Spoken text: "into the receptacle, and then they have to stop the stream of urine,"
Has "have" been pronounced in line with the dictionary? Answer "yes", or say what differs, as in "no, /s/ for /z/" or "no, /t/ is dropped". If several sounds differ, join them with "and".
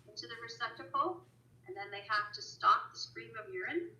no, /f/ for /v/